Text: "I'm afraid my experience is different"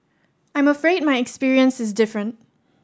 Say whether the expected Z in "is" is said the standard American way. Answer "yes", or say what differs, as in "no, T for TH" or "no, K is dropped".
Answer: yes